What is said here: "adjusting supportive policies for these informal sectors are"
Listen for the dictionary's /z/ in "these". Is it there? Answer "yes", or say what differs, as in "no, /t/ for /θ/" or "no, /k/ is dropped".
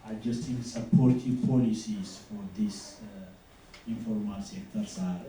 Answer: no, /s/ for /z/